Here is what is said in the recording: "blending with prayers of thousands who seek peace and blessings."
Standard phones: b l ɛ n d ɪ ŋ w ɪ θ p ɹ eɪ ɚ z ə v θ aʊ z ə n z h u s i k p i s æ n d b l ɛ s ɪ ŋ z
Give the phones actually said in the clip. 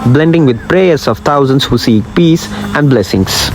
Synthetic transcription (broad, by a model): b l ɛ n d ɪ ŋ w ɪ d p ɹ eɪ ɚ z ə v t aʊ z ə n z h u s i k p i s æ n d b l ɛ s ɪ ŋ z